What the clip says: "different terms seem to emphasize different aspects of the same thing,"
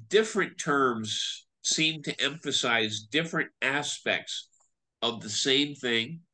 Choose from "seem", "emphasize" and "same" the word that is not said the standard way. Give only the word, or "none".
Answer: none